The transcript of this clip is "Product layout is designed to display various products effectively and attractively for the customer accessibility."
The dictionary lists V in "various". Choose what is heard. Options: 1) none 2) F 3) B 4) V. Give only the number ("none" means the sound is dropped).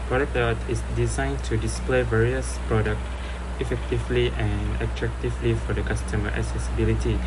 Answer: 4